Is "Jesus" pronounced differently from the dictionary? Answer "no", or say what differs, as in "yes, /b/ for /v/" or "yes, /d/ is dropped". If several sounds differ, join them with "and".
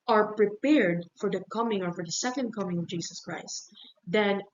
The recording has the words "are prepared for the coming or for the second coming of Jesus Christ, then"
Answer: yes, /s/ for /z/